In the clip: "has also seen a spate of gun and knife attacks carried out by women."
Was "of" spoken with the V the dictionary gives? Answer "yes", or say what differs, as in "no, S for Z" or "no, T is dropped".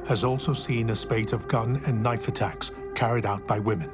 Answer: yes